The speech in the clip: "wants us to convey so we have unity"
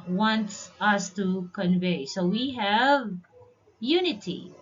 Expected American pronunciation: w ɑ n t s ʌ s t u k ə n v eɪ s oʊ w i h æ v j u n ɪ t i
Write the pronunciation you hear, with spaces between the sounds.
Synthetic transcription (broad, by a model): w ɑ n t s ʌ s t u k ə n v eɪ s oʊ w i h æ v j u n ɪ t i